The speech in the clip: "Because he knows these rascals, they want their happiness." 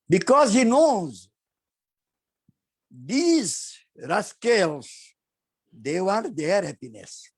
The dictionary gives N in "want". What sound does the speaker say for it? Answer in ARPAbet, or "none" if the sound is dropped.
none